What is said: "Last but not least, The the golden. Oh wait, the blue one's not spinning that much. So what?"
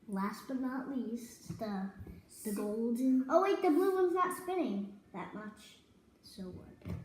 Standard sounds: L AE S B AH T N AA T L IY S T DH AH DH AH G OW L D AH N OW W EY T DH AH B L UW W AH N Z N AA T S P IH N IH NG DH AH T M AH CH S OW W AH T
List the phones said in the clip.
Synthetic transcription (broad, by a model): L AE S B AH T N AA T L IY S T DH AH DH AH G OW L D AH N OW W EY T DH AH B L UW W AH N Z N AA T S P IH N IH NG DH AH T M AH CH S OW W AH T